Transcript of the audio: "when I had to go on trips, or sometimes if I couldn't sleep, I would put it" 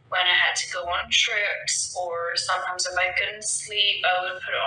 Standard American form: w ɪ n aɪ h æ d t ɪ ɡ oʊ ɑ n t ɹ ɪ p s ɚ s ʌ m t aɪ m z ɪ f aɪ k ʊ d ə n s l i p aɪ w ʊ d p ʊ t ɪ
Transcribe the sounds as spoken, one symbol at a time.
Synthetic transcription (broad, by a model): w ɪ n aɪ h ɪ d t ɪ ɡ oʊ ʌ n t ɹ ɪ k s ɚ s ʌ m t aɪ m z ɪ f aɪ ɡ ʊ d n s l i p aɪ w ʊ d p ʊ t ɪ